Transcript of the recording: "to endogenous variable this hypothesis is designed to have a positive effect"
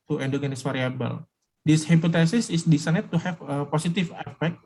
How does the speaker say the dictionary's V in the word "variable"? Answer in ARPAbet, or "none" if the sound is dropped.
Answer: F